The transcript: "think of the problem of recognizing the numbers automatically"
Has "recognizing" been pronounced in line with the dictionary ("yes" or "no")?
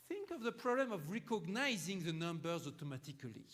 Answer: yes